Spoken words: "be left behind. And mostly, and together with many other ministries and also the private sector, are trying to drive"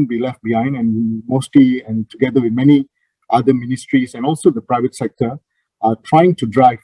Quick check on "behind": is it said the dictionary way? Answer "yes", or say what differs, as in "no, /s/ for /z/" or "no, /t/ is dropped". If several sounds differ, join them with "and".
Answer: yes